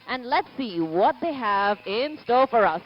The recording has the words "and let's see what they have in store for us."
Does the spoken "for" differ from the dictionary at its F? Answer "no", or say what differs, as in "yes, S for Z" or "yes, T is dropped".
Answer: no